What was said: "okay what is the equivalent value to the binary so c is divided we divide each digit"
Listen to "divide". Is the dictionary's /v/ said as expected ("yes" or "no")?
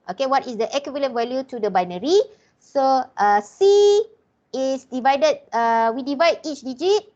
yes